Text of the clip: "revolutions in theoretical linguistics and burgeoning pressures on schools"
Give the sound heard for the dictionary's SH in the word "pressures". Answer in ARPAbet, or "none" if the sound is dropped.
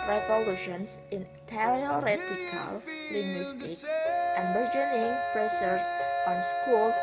S